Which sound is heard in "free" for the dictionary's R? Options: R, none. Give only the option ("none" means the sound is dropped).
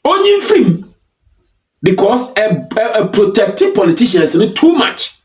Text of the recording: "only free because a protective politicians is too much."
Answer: none